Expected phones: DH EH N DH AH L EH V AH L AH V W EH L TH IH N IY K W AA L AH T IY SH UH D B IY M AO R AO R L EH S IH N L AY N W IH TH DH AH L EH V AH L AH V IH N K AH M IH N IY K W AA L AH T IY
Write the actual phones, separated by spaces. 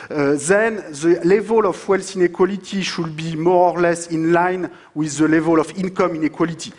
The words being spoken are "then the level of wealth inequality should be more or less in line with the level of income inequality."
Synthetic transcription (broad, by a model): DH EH N DH AH L EH V AH L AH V W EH L S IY N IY K W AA L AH T IY SH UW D B IY M AO R AO R L EH S IH N L AY N W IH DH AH L EH V AH L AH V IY N K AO M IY N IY K W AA L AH T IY